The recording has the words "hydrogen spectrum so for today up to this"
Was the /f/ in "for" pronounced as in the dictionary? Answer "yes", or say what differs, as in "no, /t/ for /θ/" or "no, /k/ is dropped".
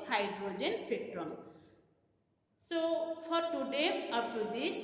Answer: no, /p/ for /f/